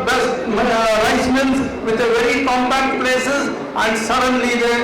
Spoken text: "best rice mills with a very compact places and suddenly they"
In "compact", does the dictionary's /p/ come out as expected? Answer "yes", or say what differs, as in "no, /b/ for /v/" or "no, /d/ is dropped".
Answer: no, /b/ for /p/